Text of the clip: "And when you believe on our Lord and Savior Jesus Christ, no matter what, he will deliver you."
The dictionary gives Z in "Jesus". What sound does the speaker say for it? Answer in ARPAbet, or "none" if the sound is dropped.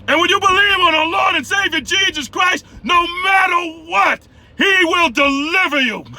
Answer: Z